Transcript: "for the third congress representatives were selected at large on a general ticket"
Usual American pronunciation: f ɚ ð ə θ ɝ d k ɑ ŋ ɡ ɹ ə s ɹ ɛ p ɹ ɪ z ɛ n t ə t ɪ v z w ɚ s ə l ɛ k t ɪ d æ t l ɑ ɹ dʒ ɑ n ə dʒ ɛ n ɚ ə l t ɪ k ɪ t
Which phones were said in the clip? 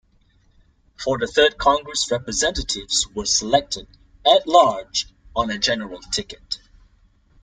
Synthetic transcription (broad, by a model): f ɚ ð ə θ ɝ d k ɑ ŋ ɡ ɹ ə s ɹ ɛ p ɹ ɪ z ɛ n t ə t ɪ v z w ɚ s ə l ɛ k t ɪ d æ t l ɑ ɹ dʒ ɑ n ə dʒ ɛ n ɚ ə l t ɪ k ɪ t